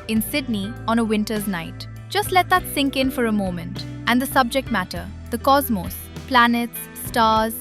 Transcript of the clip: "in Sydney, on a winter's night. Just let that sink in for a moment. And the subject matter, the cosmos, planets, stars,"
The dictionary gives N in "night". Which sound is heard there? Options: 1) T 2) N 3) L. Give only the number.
2